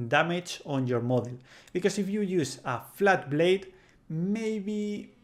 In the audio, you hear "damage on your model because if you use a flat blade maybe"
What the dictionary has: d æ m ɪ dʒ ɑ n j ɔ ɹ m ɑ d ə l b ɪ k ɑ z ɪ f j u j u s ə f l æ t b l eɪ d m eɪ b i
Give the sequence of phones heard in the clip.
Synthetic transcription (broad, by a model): d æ m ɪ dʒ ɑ n j ɔ ɹ m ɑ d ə l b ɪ k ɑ s ɪ f j u j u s ə f l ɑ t b l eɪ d m eɪ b i